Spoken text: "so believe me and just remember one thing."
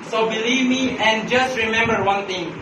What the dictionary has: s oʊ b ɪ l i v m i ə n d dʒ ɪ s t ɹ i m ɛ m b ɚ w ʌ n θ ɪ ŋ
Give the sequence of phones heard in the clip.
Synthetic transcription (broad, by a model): s oʊ b ɪ l i v m i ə n dʒ ɪ s t ɹ i m ɛ m b ɚ w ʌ n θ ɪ ŋ